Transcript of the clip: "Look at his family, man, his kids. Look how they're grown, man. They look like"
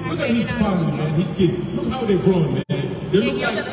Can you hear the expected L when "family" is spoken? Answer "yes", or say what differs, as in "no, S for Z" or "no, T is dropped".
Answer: no, L is dropped